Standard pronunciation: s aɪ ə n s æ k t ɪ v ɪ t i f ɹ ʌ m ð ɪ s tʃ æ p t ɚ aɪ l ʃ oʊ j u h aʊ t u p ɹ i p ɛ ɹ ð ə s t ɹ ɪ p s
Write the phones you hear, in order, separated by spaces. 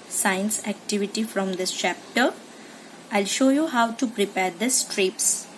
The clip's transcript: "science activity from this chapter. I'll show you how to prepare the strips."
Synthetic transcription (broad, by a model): s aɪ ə n s æ k t ɪ v ɪ t i f ɹ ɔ m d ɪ s tʃ æ p t ɚ aɪ l ʃ oʊ j u h aʊ t u p ɹ i p ɛ ɹ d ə s t ɹ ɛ p s